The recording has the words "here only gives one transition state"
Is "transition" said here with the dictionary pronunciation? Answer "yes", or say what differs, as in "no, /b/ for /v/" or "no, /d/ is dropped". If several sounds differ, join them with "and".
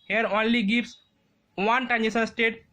no, /ɹ/ is dropped and /s/ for /ʃ/